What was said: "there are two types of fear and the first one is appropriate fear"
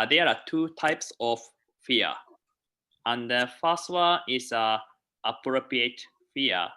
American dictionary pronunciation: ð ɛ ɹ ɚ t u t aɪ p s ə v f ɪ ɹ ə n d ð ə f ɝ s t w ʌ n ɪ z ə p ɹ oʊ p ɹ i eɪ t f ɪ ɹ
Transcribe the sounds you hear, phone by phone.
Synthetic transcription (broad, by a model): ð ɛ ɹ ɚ t u t aɪ p s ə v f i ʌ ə n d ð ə f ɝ s t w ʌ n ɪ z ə p ɹ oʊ p ɹ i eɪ t f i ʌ